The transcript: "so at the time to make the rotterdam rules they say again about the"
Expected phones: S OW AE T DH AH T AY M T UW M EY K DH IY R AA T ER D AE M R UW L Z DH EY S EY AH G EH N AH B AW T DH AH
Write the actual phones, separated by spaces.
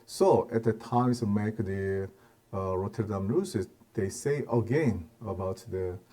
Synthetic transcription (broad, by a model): S OW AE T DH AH T AY M S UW M EY K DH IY R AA T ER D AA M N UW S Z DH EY S EY AH G EH N AH B AW T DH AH